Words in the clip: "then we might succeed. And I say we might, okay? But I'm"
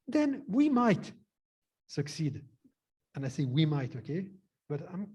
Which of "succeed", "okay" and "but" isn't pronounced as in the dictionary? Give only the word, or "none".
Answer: none